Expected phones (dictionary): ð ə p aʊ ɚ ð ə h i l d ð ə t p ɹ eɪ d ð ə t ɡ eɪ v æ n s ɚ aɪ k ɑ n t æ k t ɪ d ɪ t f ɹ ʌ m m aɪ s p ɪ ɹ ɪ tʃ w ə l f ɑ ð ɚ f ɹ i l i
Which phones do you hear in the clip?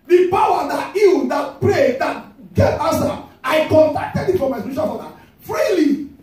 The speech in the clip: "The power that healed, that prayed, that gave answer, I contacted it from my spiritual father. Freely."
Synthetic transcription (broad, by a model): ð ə p aʊ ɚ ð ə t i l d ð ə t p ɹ eɪ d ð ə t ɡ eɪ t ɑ s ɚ aɪ k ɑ n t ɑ k t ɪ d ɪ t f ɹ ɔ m m aɪ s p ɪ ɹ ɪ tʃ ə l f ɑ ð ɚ f ɹ i l i